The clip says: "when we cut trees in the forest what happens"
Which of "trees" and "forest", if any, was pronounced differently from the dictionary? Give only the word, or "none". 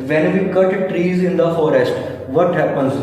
none